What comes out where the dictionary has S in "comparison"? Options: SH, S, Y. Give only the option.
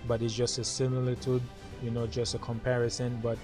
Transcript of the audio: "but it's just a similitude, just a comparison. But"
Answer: S